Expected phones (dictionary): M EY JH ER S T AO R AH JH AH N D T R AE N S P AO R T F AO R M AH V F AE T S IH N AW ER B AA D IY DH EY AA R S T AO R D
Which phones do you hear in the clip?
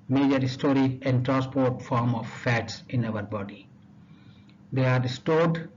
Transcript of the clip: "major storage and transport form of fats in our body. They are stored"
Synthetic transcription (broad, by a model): M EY JH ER S T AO R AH AH N D T R AE N S P AO R T F AO R M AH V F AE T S IH N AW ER B AA D IY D EY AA R S T AO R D